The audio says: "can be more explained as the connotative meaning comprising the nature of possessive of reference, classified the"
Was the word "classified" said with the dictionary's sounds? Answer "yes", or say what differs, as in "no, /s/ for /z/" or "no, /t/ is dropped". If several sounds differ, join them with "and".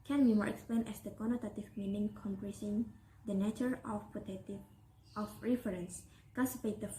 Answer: no, /l/ is dropped